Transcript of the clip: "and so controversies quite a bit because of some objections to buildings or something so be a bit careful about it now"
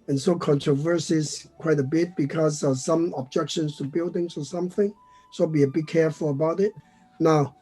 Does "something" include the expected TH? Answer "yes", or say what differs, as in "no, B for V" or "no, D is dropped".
yes